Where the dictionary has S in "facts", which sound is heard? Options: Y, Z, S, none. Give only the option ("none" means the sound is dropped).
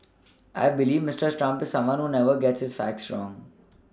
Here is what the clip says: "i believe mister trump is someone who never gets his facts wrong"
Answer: S